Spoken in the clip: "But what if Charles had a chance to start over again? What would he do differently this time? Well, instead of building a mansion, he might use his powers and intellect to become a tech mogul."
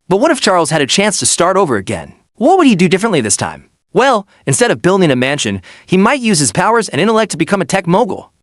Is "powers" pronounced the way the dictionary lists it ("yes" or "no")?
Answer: yes